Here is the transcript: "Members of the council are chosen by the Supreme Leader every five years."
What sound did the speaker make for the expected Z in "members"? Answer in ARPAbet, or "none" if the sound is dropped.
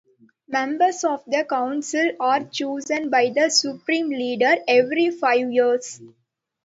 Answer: S